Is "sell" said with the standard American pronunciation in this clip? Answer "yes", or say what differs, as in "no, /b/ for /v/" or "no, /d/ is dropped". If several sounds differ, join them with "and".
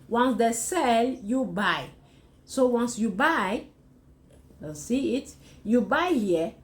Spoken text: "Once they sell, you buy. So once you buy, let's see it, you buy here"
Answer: yes